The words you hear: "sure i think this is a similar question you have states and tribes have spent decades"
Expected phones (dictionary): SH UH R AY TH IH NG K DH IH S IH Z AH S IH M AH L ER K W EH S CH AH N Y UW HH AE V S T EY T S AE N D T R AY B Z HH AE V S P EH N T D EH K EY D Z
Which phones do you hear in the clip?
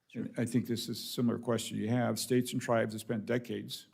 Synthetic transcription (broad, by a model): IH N AY TH IH NG K DH IH S IH Z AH S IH M L ER K W EH S CH AH N Y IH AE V S T EY T S N T R AY B Z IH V S P EH N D EH K EY D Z